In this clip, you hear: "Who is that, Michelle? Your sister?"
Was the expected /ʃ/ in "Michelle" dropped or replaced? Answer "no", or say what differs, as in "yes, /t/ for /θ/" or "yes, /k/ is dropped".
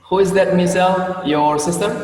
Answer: yes, /s/ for /ʃ/